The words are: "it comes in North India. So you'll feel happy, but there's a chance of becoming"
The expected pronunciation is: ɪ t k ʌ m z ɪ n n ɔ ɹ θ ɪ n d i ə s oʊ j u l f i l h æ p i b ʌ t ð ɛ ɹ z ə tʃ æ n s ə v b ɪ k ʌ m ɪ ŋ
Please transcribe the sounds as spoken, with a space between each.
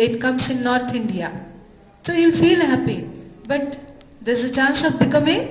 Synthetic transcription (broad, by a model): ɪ t k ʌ m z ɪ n n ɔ ɹ t ɪ n d i ə s oʊ j u l f i l h æ p i b ʌ t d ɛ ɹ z ə tʃ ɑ n s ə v b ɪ k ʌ m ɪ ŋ